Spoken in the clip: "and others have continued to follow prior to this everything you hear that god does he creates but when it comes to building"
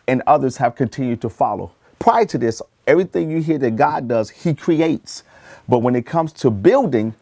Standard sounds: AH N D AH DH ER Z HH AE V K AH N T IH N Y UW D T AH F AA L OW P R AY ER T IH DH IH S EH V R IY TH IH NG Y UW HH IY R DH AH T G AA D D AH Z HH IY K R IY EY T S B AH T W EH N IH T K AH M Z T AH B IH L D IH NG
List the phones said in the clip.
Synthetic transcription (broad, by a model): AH N AH DH ER Z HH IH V K AH N T IH N Y UW D T AH F AA L OW P R AY ER T IH DH IH S EH V R IY TH IH NG Y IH HH IY R DH AH T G AA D D AH Z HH IY K R IY EY T S B AH T W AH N IH T K AH M Z T AH B IH L D IH NG